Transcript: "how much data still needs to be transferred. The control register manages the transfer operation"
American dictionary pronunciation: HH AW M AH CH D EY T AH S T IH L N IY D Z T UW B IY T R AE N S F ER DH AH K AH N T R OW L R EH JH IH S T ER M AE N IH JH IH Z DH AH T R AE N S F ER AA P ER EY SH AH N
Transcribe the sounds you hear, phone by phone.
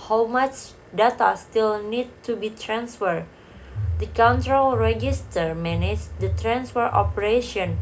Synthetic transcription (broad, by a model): HH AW M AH CH D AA T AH S T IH L N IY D T UW B IY T R AE N S F ER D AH K AH N T R OW L R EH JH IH S T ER M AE N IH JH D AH T R AE N S F ER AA P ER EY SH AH N